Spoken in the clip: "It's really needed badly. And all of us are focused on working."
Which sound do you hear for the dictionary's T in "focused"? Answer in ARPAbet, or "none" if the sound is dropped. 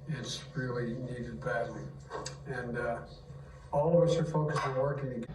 none